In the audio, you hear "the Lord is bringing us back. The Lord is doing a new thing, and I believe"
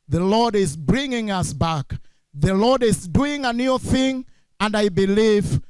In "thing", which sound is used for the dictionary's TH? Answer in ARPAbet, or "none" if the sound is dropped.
TH